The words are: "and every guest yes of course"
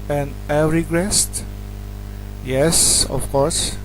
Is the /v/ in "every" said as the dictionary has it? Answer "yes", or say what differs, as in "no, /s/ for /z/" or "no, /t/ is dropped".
no, /v/ is dropped